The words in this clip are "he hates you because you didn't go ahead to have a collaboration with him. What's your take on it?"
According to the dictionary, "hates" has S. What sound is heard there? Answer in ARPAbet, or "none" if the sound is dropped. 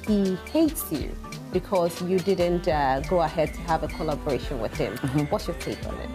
S